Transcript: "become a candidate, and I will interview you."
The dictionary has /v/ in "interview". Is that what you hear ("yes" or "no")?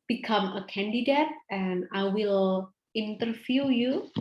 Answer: no